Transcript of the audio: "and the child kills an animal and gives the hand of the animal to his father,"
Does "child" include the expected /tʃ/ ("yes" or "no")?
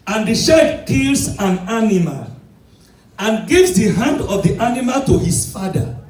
no